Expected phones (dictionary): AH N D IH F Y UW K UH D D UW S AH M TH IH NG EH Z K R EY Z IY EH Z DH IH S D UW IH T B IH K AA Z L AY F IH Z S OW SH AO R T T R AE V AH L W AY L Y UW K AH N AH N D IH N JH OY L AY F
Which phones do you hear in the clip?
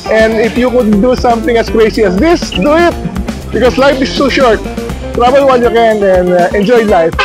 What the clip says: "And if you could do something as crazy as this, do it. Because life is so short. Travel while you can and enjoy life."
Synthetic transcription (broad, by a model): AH N D IH F Y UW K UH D D UW S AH M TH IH NG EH S K R EY S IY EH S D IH S D UW IH T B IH K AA S L AY F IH S OW SH AO R T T R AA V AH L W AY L Y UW K AH N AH N IH N JH OY L AY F